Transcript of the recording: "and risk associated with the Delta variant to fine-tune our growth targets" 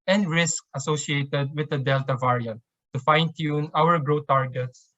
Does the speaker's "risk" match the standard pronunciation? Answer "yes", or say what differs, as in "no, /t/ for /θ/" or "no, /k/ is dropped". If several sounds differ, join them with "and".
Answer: yes